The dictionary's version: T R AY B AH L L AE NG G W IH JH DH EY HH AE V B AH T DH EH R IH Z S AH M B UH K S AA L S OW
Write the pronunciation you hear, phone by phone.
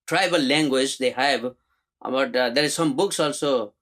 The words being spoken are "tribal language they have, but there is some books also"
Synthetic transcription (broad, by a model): T R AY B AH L L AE NG G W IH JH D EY HH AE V B AH T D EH R IH Z S AH M B UH K S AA L S OW